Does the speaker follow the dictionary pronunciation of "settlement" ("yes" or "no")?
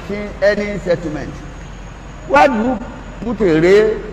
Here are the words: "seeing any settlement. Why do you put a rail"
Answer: no